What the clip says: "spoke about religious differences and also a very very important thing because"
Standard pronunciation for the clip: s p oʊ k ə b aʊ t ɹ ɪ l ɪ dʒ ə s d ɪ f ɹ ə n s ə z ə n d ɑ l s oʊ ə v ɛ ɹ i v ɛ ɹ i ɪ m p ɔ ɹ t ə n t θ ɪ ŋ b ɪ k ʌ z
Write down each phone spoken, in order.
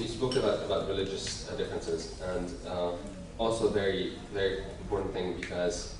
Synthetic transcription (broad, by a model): s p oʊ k ə b aʊ t ɹ ɪ l ɪ dʒ ə s d ɪ f ɹ ə n s ə z ə n d ɑ l s oʊ ə v ɛ ɹ i v ɛ ɹ i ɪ m p ɔ ɹ t n θ ɪ ŋ b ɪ k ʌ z